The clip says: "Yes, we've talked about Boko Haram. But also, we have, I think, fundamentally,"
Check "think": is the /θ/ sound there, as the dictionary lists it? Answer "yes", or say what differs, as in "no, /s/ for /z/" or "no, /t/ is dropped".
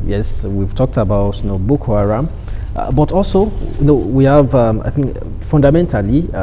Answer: yes